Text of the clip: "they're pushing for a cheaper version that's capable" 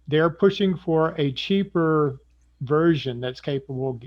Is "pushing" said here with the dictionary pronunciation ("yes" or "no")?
yes